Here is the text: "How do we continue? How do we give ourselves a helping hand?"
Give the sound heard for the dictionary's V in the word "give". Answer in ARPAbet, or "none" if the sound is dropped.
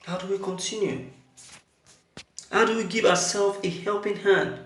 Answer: V